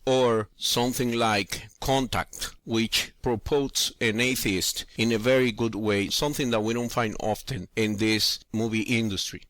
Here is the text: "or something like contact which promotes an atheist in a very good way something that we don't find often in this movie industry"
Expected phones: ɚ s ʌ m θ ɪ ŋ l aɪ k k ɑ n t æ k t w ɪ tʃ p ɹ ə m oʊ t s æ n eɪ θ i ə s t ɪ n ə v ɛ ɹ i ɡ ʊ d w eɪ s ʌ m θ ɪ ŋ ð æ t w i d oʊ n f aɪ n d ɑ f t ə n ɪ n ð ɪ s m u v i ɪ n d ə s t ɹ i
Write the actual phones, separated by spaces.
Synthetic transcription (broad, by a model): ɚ s ʌ m θ ɪ ŋ l aɪ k k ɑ n t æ k t w ɪ tʃ p ɹ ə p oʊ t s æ n eɪ θ i ə s t ɪ n ə v ɛ ɹ i ɡ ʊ d w eɪ s ʌ m θ ɪ ŋ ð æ t w i d oʊ n f aɪ n d ɑ f t ə n ɪ n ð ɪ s m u v i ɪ n d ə s t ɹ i